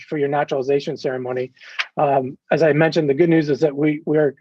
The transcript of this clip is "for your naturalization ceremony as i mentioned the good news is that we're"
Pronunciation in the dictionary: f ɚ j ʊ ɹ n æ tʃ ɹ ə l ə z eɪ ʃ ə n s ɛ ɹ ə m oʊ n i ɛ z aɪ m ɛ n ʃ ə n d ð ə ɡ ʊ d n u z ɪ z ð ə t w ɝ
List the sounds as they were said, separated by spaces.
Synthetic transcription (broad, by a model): f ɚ j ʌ ɹ n æ tʃ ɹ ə l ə z eɪ ʃ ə n s ɛ ɹ ə m oʊ n i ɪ z aɪ m ɛ n ʃ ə n ð ə ɡ ʊ d n u z ɪ z ð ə t w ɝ